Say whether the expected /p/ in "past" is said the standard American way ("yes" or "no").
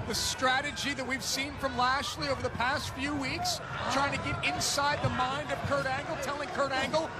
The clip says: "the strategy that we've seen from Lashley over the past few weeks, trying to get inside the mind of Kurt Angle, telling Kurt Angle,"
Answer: yes